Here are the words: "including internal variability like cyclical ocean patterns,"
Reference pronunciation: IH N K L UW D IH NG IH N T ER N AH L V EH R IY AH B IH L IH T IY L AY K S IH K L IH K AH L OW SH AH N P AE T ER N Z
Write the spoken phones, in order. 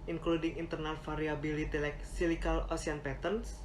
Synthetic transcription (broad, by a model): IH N K L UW D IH NG IH N T ER N AH L F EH R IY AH B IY L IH T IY L AY K S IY L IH K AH L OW S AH N P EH T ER N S